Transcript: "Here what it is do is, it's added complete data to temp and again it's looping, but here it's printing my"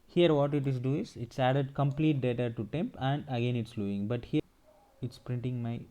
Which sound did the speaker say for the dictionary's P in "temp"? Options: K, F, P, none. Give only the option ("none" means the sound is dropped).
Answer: P